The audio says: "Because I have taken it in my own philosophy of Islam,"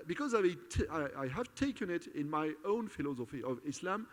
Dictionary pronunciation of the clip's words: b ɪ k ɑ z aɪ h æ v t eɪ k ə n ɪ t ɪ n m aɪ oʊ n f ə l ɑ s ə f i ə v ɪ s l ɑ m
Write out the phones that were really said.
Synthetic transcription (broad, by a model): b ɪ k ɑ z aɪ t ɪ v t eɪ k ə n ɪ t ɪ n m aɪ oʊ n f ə l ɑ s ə f i ə v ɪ s l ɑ m